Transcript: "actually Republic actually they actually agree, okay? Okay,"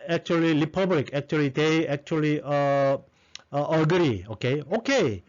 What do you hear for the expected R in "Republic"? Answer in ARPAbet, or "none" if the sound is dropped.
L